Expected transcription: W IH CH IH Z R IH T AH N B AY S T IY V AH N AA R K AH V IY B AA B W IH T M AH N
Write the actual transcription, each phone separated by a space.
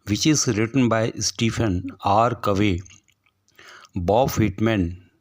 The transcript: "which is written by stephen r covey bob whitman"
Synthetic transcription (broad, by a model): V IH CH IH Z R IH T AH N B AY S T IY F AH N AA R K AH V IY B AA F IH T M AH N